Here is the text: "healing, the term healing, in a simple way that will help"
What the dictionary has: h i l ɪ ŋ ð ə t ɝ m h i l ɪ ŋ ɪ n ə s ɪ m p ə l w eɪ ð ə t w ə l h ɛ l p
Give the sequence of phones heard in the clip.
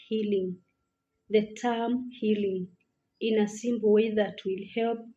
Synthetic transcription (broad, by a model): h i l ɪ ŋ ð ə t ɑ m h i l ɪ ŋ ɪ n ə s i m b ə w eɪ ð ə t w ə l h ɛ l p